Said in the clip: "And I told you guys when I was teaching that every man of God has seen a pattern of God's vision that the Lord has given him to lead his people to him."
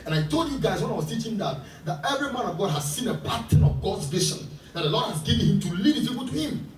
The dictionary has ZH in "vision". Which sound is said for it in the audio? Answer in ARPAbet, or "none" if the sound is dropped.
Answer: SH